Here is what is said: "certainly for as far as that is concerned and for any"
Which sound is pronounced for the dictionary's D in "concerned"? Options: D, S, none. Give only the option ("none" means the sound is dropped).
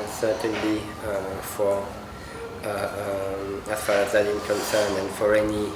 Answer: none